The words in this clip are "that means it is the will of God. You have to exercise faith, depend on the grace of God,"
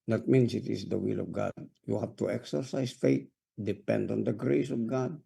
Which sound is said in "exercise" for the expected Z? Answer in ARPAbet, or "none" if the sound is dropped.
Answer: S